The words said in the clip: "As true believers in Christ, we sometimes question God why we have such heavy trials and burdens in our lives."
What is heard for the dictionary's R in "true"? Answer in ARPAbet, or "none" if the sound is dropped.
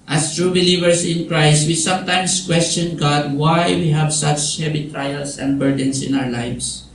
R